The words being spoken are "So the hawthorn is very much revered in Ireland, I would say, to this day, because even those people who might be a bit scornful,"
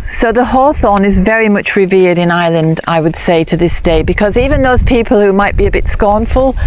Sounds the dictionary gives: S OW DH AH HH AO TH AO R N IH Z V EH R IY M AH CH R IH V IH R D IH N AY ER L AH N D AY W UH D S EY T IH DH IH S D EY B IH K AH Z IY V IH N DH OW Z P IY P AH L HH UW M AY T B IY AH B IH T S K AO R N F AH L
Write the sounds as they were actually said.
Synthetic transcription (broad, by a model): S OW DH AH HH AO TH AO N IH Z V EH R IY M AH CH R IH V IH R D IH N AY L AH N D AY W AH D S EY T IH DH IH S D EY B IH K AH Z IY V IH N DH OW Z P IY P AH L HH UW M AY T B IY AH B IH T S K AO R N F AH L